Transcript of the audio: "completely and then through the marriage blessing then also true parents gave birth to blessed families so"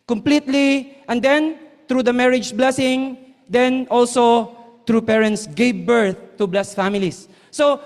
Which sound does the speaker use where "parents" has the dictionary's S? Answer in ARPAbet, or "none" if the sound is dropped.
S